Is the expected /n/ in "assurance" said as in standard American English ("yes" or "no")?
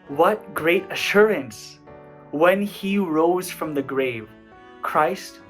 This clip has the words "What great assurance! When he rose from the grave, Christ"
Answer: yes